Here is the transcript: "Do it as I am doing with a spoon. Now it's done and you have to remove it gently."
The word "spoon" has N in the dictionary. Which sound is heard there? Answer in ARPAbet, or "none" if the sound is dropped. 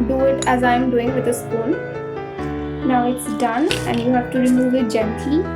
L